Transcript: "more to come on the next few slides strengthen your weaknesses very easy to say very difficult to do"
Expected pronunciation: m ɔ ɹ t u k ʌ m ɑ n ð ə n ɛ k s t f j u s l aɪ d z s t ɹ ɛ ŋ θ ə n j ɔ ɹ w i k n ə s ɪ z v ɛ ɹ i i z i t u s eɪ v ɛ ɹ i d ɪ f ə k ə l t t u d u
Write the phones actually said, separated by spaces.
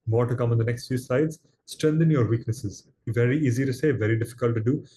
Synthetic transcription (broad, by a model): m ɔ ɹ t u k ʌ m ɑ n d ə n ɛ k s t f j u s aɪ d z s t ɹ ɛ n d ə n j ɔ ɹ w i k n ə s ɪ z v ɛ ɹ i i z i t u s eɪ v ɛ ɹ i d ɪ f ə k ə l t t u d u